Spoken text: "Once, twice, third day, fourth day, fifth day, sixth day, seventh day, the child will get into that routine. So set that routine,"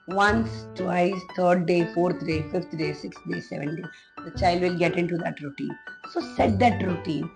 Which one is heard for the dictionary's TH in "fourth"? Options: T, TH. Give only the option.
T